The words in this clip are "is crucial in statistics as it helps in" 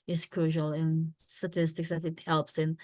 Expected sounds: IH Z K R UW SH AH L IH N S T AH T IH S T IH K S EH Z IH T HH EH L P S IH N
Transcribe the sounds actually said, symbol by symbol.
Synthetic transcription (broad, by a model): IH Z K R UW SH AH L IH N S T AH T IH S T IH K S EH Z IH T HH EH L P S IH N